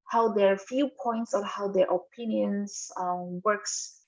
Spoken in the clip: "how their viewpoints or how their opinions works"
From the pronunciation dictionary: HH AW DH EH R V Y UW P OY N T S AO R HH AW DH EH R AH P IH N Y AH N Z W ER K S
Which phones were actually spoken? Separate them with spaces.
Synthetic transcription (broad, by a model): HH AW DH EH R F Y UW P OY N T S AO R HH AW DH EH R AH P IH N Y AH N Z W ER K S